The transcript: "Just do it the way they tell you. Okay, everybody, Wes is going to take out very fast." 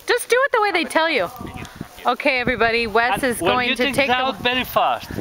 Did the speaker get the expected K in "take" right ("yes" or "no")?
no